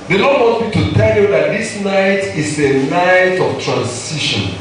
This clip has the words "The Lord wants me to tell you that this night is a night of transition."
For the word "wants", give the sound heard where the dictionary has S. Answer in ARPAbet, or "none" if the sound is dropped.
none